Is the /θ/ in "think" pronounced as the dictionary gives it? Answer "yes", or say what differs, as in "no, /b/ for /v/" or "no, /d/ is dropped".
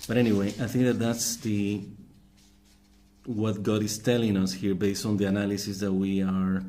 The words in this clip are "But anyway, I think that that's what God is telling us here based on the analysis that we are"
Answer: yes